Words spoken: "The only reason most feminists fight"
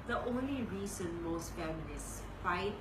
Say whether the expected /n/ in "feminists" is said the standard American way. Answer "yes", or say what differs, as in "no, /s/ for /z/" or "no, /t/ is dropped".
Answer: no, /l/ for /n/